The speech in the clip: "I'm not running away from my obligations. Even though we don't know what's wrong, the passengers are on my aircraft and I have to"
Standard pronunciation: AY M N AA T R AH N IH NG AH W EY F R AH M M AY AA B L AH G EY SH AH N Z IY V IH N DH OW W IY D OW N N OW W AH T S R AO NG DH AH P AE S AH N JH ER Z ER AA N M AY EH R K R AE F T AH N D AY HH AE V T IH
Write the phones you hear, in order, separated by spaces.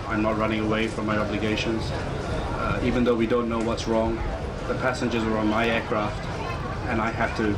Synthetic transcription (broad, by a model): AY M N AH T R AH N IH NG AH W EY F R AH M M AY AA B L AH G EY SH AH N Z IY V IH N DH OW W IY D OW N N OW W AH T S R AO NG DH AH P AE S AH N JH ER Z ER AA N M AY EH R K R AE F T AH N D AY HH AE F T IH